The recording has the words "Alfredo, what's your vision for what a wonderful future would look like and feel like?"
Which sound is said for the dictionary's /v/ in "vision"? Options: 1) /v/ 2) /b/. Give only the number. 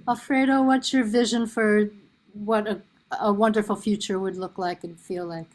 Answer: 1